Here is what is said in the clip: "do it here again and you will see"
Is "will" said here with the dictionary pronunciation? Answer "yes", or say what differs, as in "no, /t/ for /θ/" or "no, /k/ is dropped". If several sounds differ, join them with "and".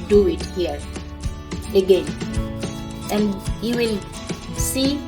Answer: yes